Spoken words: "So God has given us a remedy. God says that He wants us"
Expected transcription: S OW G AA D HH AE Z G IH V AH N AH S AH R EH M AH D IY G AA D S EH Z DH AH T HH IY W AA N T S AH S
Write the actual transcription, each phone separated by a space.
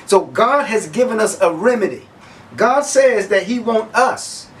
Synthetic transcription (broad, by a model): S OW G AA D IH Z G IH V AH N AH S AH R EH M AH D IY G AA D S EH Z DH AH T HH IY W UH N T AH S